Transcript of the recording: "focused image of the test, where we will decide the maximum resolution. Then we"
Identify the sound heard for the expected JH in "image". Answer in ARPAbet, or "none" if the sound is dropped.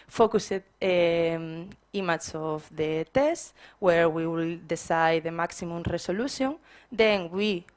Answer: CH